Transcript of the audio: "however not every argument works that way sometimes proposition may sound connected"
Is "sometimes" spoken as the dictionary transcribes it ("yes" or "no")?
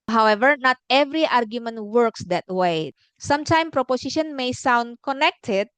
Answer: no